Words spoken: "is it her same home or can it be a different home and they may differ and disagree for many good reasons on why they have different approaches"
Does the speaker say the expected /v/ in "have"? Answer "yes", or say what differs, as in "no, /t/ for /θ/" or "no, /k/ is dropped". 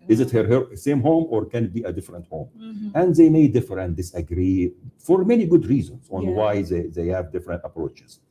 yes